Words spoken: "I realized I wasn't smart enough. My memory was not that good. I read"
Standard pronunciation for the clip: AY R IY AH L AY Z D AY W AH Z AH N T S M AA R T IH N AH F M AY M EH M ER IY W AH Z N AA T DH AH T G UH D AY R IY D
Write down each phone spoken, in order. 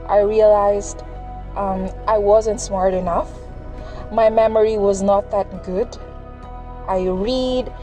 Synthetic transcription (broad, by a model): AY R IY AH L AY Z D AY W AH Z AH N T S M AA R T IH N AH F M AY M EH M ER IY W AH Z N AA T DH AH T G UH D AY R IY D